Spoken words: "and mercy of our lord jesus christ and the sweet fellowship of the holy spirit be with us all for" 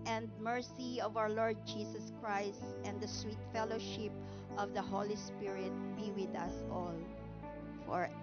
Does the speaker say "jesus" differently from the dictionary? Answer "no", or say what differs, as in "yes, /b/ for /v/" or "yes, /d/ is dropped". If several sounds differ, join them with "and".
yes, /s/ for /z/